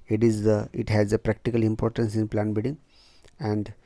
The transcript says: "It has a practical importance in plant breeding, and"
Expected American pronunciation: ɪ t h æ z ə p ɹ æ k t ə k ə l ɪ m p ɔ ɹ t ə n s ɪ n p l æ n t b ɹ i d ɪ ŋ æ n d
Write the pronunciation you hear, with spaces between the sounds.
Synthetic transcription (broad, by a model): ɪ t h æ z ə p ɹ æ k t ə k ə l ɪ m p ɔ ɹ t ə n s ɪ n p l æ n b i d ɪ ŋ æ n d